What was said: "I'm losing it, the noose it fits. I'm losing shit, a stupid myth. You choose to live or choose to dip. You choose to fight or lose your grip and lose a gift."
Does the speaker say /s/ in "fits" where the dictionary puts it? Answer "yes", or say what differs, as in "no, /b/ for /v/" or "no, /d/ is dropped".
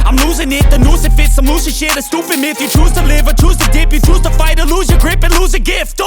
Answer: yes